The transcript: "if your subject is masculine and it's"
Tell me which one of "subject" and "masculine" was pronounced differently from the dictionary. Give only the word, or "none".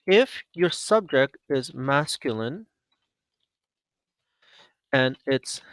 none